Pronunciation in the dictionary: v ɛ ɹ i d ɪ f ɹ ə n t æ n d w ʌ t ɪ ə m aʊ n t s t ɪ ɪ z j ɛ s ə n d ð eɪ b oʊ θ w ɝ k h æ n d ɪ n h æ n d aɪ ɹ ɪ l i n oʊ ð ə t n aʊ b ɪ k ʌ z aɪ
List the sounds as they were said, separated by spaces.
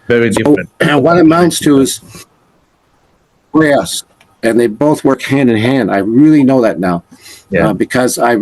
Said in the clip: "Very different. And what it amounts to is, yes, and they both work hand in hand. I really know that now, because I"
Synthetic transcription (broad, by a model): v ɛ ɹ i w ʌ ɹ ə t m ɪ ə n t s t ɪ ɪ z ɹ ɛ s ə n ð eɪ b oʊ θ w ɝ k h æ n d ɪ n h æ n d aɪ ɹ ɪ l i n oʊ ð ə t n aʊ b ɪ k ʌ z aɪ